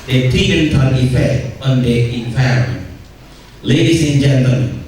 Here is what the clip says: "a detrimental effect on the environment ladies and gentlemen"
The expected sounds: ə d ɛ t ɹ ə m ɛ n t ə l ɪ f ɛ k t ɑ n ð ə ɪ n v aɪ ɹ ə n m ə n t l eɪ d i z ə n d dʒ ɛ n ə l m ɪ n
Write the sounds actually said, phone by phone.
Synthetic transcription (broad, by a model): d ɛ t ə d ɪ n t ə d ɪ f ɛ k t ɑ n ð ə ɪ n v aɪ ə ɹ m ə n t l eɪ d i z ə n dʒ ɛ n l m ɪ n